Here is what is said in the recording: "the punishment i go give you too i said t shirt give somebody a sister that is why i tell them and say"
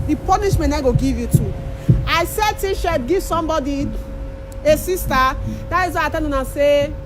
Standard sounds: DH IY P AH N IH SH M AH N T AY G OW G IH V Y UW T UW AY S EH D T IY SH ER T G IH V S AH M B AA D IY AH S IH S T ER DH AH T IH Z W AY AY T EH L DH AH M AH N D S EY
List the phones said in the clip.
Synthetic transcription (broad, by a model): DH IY P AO N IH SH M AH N AY G OW G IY V Y UW T UW AY S EH D T IY SH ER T G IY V S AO M B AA D IY AH S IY S T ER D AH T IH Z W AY AY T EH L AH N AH S EY